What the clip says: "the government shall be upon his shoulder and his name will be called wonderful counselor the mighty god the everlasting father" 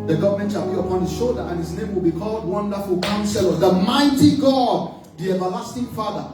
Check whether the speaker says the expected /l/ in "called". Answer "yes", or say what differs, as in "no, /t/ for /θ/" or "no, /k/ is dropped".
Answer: yes